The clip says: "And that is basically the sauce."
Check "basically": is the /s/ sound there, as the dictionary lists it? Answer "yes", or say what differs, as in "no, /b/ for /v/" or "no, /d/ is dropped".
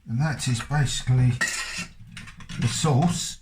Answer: yes